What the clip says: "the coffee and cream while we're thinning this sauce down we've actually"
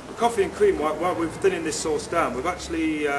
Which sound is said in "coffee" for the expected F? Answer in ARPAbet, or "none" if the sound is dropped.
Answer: F